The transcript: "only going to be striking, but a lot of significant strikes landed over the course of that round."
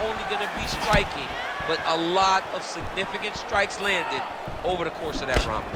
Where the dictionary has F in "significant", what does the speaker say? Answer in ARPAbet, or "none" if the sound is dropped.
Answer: F